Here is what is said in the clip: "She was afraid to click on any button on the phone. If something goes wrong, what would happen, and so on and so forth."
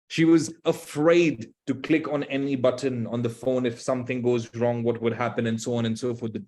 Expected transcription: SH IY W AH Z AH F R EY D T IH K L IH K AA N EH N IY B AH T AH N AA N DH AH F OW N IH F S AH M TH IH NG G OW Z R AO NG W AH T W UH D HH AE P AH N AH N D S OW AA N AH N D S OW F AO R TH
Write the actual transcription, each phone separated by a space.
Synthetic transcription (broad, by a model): SH IY W AH Z AH F R EY D T IH K L IH K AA N EH N IY B AH T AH N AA N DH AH F OW N IH F S AH M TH IH NG G OW Z R AO NG W AH T W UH D HH AE P AH N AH N S OW AA N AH N S OW F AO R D